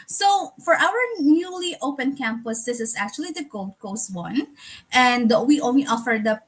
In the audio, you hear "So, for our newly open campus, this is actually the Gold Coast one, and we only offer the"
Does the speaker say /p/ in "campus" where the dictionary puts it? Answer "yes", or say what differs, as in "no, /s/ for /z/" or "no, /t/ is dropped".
yes